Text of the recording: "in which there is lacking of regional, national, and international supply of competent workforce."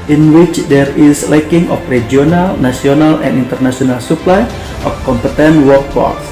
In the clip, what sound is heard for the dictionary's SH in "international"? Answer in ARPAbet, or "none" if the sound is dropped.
S